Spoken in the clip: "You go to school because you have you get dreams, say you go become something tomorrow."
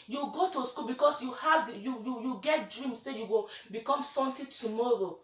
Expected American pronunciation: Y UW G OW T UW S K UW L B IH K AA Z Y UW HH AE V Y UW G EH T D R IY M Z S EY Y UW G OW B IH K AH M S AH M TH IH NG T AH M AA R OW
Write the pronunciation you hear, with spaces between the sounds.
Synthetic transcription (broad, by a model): Y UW G OW T UW S K UW L B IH K AA S Y UW HH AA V Y UW G EH T D R IY M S S EY Y UW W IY B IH K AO M S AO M T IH T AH M AA R OW